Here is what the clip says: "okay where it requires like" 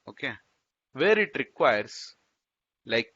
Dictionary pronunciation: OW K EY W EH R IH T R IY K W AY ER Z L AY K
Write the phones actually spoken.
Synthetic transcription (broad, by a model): OW K EY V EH R IH T R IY K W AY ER S L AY K